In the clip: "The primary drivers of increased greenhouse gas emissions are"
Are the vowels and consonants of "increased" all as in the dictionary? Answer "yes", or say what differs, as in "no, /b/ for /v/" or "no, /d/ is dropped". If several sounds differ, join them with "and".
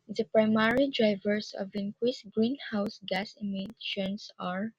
no, /w/ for /ɹ/